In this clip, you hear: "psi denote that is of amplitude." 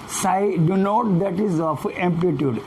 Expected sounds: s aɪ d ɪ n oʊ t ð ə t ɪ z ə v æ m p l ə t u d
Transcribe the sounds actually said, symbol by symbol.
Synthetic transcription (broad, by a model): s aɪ d ɪ n oʊ t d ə t ɪ z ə p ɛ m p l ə t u d